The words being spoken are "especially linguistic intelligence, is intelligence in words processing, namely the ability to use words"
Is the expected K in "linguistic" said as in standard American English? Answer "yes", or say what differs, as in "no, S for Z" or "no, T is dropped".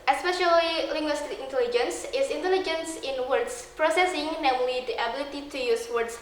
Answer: no, K is dropped